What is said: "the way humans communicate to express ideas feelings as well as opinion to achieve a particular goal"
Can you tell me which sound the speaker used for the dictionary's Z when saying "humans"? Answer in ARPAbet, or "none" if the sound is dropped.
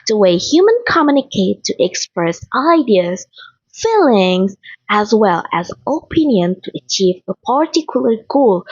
none